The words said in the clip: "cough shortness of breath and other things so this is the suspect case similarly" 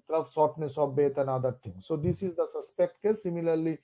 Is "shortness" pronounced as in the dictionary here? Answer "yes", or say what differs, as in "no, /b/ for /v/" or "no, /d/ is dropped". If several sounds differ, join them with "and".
no, /s/ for /ʃ/